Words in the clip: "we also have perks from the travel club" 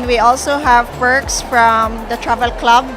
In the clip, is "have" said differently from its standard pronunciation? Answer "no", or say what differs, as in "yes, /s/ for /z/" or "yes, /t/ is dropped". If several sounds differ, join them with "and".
no